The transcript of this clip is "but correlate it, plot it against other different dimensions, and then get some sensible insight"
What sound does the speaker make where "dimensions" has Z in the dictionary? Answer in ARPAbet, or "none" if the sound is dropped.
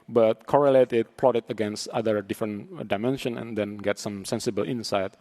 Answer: none